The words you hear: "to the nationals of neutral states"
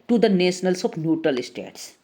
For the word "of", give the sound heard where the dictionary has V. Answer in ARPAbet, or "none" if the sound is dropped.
P